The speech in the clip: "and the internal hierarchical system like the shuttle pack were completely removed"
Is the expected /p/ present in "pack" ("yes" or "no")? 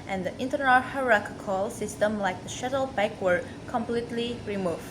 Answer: no